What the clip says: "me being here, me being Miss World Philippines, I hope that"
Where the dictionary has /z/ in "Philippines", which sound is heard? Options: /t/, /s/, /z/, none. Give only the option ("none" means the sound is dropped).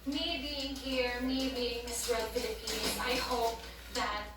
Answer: /s/